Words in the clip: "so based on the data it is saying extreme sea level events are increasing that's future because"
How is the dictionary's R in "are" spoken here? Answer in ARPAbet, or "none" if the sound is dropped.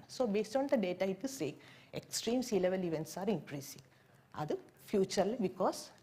R